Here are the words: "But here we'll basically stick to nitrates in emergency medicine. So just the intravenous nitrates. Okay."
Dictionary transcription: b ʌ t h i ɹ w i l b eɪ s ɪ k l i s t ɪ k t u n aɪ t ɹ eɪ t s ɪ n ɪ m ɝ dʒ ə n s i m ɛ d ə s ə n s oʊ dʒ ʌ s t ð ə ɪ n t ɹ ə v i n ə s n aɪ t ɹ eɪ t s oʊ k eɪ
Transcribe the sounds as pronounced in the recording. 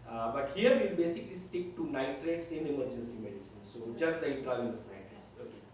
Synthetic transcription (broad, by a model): b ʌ t h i ɹ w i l b eɪ s ɪ k l i s t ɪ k t u n aɪ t ɹ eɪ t s ɪ n ɪ m ɝ dʒ ə n s i m ɛ d ə s ə n s oʊ dʒ ʌ s t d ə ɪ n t ə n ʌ l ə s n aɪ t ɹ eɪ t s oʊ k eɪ